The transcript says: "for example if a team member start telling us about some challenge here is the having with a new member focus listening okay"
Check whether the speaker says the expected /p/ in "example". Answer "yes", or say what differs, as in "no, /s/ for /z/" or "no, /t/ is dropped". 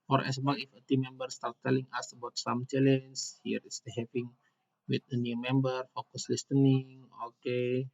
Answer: no, /p/ is dropped